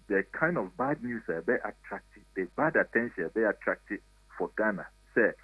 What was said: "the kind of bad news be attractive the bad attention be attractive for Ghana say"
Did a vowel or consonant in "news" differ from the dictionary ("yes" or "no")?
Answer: yes